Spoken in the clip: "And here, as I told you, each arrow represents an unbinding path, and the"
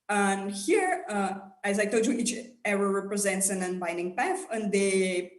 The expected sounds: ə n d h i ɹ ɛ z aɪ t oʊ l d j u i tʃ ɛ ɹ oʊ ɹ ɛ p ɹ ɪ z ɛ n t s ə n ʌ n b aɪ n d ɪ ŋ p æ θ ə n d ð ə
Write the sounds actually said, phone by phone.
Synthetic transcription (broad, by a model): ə n h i ɹ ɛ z aɪ t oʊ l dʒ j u i tʃ ɛ ɹ oʊ ɹ ɛ p ɹ ɪ z ɛ n t s ə n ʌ n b aɪ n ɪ ŋ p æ f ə n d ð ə